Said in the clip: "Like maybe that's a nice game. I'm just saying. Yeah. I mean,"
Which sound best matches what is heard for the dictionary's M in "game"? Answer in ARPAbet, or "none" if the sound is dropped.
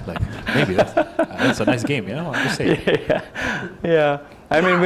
none